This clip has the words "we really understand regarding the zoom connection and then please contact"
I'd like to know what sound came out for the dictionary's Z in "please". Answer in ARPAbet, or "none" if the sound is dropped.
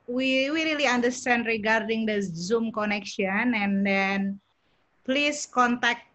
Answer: S